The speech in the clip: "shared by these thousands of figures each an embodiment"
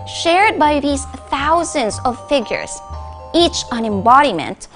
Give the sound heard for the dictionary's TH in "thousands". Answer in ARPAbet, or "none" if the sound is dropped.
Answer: TH